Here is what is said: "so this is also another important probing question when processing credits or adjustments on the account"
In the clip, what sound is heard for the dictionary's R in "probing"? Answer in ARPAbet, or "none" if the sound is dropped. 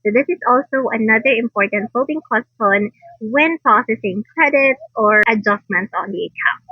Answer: none